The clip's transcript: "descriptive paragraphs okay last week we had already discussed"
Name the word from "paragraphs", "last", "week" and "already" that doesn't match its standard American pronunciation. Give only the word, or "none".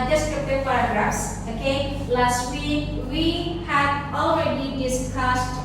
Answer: paragraphs